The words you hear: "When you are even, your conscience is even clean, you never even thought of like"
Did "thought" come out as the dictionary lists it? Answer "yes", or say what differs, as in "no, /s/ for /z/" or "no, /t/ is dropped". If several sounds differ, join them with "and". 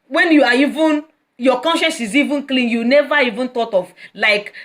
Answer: no, /t/ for /θ/